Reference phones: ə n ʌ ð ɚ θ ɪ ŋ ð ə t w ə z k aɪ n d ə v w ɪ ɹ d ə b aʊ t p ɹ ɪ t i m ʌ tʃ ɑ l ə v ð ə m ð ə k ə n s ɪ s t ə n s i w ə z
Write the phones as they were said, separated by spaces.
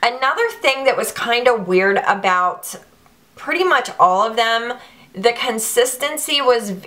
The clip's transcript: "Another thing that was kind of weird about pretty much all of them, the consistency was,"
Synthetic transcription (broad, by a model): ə n ʌ ð ɚ θ ɪ ŋ ð ə t w ə z k aɪ n d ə w ɪ ɹ d ə b aʊ t p ɹ ɪ t i m ʌ tʃ ɑ l ə v ð ə m ð ə k ə n s ɪ s t ə n s i w ə z